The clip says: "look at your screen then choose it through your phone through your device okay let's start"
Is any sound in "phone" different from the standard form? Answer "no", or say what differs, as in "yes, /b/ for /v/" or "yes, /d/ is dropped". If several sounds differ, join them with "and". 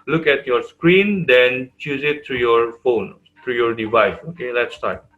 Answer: no